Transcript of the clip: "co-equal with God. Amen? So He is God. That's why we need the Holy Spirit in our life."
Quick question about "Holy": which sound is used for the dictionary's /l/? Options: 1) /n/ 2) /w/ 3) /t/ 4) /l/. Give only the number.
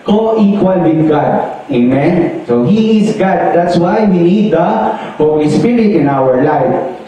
2